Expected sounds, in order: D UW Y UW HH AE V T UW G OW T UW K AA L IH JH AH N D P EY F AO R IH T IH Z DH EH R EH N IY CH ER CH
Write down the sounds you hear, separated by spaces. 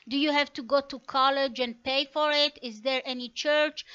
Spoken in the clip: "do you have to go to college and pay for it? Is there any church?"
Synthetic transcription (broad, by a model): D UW Y UW HH AE V T UW G OW T UW K AA L IH JH AH N D P EY F AO R IH T IH Z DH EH R EH N IY CH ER CH